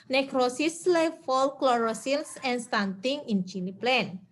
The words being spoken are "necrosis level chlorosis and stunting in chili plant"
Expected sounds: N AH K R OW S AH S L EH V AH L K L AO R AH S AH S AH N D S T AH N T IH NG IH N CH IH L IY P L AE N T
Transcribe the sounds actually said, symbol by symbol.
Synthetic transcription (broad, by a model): N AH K R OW S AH S L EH F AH L K L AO R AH S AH S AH N S T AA N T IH NG IH N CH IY N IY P L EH N